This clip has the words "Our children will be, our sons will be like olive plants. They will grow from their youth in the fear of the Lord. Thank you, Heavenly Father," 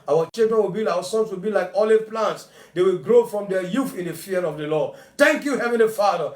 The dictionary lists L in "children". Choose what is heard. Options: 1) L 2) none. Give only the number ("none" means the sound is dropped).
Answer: 2